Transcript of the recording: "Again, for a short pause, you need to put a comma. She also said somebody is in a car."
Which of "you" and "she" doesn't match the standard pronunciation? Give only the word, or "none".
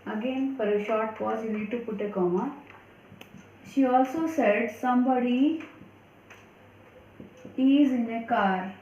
none